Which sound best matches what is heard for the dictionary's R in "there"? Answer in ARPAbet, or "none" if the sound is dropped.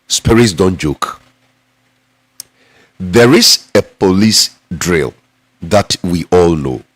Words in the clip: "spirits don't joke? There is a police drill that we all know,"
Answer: R